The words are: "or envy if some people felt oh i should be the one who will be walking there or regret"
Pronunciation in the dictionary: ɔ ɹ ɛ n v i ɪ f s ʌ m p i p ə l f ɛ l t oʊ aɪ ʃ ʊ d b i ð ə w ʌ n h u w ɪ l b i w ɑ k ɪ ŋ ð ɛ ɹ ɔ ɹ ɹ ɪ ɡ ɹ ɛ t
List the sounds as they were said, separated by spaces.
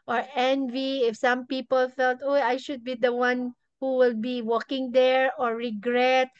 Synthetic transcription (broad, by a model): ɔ ɹ ɛ n v i ɪ f s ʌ m p i p ə l f ɛ l t oʊ aɪ ʃ ʊ d b i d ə w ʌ n h u w ɪ l b i w ɑ k ɪ ŋ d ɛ ɹ ɔ ɹ ɹ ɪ ɡ ɹ ɛ t